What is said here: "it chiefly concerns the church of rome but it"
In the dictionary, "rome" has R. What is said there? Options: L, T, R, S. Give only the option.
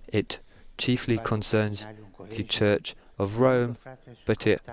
R